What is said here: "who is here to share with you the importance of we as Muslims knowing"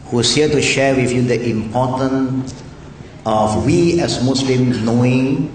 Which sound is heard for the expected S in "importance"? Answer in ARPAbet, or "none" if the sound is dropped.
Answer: none